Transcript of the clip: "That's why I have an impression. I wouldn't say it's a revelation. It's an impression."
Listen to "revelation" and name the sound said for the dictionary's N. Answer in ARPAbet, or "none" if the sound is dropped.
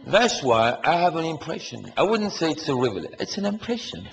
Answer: none